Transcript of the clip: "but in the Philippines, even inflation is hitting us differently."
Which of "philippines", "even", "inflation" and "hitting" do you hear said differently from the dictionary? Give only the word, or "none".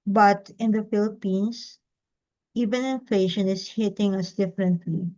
philippines